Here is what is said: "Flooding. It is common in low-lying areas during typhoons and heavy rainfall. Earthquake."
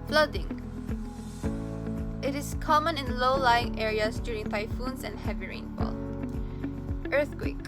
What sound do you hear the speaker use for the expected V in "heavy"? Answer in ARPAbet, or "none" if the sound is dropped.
V